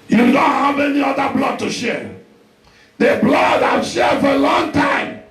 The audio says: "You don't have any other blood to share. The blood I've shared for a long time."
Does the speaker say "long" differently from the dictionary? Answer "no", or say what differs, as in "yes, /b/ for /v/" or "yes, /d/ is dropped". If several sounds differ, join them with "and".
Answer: no